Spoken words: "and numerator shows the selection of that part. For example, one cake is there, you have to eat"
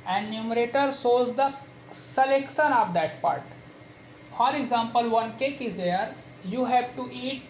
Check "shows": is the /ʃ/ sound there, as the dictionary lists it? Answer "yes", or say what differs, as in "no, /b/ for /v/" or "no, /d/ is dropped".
no, /s/ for /ʃ/